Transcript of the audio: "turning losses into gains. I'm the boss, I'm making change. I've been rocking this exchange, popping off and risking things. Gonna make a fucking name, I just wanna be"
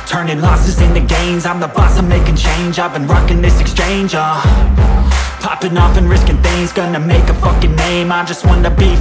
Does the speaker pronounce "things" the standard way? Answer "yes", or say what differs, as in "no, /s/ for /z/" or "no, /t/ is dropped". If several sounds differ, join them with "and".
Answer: yes